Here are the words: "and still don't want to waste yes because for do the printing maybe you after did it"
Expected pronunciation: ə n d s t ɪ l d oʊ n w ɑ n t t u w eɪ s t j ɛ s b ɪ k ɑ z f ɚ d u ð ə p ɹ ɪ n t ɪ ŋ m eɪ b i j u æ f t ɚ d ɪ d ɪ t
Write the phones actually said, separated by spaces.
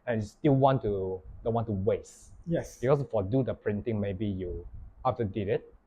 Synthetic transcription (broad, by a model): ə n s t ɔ n d oʊ n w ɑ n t t u w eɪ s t j ɛ s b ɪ k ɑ s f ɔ d u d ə p ɹ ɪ n t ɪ ŋ m eɪ b i j u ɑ f t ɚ d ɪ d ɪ t